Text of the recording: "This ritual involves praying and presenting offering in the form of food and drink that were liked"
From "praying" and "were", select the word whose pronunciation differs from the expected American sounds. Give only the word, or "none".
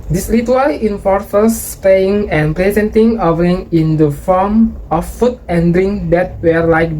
praying